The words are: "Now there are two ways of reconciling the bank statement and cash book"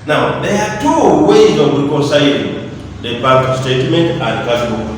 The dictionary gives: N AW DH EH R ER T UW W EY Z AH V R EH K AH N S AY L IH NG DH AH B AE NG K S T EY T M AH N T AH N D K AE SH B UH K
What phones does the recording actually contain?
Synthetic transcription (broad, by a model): N AW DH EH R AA T UW W EY Z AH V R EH K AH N S AY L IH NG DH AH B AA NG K S T EY T M AH N T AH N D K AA S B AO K